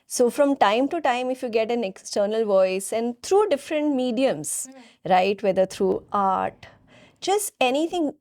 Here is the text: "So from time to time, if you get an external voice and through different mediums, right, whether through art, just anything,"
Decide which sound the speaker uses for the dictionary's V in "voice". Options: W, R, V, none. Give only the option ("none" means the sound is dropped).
V